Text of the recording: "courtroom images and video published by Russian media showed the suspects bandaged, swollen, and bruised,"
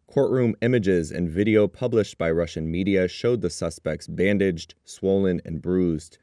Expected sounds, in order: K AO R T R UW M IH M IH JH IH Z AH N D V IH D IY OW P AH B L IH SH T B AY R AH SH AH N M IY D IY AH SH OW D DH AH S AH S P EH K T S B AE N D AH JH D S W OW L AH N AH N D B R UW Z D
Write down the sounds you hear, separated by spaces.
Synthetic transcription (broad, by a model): K AO R T R UW M IH M IH JH IH Z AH N V IH D IY OW P AH B L IH SH T B AY R AH SH AH N M IY D IY AH SH OW D DH AH S AH S P EH K T S B AE N D AH JH D S W OW L AH N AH N B R UW Z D